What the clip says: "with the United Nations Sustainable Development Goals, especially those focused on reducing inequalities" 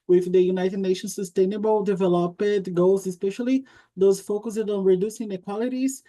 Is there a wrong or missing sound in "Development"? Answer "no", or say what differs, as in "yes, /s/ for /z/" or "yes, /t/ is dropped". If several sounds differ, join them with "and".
yes, /m/ is dropped